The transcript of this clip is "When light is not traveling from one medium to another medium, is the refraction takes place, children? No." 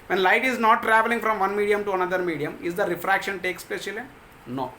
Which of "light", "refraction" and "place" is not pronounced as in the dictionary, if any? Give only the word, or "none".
place